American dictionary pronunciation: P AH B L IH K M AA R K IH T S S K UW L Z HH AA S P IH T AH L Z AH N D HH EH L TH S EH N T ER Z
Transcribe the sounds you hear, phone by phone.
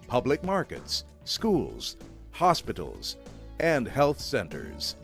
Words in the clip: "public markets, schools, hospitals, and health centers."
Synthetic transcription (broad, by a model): P AH B L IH K M AA R K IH T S S K UW L Z HH AA S P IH T L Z AH N D HH EH L TH S EH N T ER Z